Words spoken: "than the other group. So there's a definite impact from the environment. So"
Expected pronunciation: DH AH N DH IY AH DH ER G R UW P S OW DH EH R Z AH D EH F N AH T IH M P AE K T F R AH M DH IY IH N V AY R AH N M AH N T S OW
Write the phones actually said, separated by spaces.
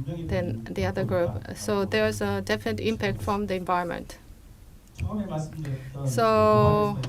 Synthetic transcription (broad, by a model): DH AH N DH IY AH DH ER G R UW P S OW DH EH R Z AH D EH F N AH T IH M P AE K T F R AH M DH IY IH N V AY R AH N M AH N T S OW